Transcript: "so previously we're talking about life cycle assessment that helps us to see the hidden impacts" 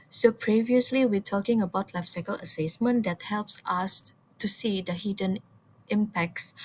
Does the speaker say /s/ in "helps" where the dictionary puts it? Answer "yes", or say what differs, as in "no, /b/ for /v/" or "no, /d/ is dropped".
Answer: yes